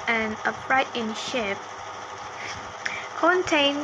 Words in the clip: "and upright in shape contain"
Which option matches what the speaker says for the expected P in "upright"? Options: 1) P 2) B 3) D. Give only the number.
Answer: 2